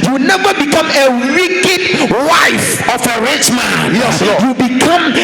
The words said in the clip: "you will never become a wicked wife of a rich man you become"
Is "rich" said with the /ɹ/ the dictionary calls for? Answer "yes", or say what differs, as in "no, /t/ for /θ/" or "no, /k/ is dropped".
yes